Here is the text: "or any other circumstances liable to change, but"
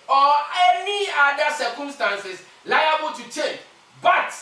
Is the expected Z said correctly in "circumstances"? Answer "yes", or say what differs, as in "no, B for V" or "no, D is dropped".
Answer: no, S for Z